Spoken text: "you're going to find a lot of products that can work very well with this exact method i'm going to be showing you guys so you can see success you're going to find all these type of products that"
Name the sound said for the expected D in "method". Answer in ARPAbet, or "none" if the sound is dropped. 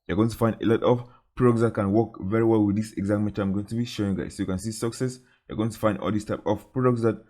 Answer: none